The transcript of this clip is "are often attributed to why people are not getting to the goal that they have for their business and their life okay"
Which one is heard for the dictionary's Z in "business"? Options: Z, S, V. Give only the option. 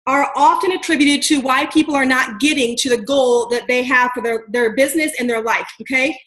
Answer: Z